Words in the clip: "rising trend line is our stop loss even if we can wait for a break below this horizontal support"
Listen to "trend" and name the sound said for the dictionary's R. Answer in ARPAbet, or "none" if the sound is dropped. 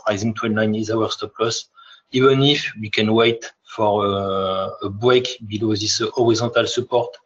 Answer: W